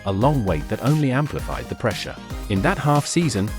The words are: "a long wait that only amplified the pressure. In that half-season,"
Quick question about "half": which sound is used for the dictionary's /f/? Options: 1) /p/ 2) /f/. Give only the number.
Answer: 2